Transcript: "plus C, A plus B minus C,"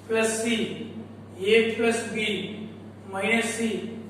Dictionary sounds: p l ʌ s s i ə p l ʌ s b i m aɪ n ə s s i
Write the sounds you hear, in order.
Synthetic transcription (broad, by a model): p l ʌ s s i ə p l ʌ s b i m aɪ ə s s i